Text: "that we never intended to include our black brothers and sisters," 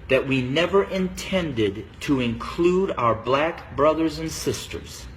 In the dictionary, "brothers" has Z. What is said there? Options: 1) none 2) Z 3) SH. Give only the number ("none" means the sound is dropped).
2